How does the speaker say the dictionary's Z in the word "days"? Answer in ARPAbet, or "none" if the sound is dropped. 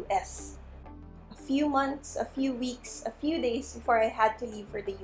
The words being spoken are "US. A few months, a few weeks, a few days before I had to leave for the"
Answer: S